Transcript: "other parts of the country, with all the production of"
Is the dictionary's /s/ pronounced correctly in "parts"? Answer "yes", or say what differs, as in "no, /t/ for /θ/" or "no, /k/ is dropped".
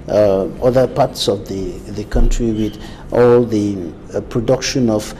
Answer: yes